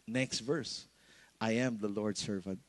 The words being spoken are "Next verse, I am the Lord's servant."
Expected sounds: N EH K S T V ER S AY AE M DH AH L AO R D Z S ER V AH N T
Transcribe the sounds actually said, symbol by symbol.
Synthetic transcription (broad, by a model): N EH K S T V ER S AY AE M DH AH L AO R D S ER V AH N T